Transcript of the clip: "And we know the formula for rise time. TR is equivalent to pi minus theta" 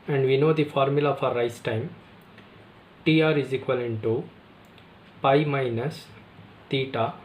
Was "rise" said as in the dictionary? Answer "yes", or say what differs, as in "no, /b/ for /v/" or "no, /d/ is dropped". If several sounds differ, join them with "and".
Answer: no, /s/ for /z/